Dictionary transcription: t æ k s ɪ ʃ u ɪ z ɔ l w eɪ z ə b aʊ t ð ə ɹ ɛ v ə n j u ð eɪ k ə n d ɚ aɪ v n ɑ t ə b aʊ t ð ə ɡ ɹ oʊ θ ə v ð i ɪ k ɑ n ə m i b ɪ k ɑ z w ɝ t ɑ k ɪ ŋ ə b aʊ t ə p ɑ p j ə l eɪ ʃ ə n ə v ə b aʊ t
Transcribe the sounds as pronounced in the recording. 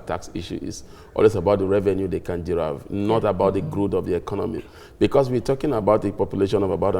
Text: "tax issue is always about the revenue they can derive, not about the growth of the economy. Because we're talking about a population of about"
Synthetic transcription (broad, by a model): t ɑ k s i ʃ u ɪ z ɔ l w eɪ s ə b aʊ t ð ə ɹ ɛ v ə n j u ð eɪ k ə n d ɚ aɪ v n ɑ t ə b aʊ t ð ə ɡ ɹ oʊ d ə v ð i ɪ k ɑ n ə m i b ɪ k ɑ s w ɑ t ɑ k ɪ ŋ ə b aʊ t ə p ɑ p j ə l eɪ ʃ ə n ə v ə b aʊ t